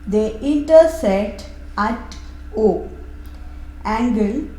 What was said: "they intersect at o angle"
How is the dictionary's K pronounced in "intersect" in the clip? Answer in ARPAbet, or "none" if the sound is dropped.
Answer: none